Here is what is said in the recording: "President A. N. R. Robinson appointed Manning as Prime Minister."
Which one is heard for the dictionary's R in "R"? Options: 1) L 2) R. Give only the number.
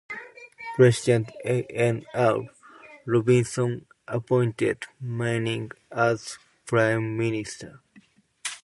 1